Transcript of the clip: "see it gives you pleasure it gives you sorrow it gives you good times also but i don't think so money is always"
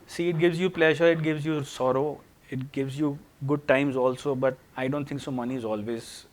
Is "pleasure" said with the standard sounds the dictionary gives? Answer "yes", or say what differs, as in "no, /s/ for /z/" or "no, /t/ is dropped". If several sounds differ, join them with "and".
yes